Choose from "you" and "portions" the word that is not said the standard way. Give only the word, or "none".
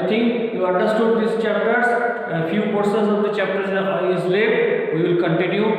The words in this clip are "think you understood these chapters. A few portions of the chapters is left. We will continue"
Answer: portions